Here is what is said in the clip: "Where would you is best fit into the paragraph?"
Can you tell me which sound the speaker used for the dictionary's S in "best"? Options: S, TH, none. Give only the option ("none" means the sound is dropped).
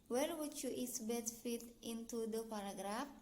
none